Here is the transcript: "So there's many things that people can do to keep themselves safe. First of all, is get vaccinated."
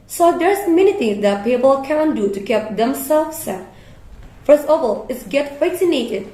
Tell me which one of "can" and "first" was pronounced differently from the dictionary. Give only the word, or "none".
first